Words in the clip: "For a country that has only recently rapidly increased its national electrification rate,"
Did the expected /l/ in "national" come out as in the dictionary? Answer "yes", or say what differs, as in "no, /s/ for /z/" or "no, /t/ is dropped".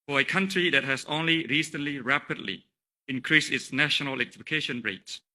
no, /n/ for /l/